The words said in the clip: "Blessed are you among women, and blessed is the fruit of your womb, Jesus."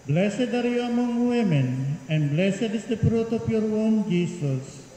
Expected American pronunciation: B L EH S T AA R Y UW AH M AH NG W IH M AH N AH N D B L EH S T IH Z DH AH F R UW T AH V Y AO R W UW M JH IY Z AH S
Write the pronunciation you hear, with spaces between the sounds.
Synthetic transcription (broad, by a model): B L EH S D AA R Y UW AH M AH NG W IH M AH N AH N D B L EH S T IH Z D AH P R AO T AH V Y AO R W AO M JH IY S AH S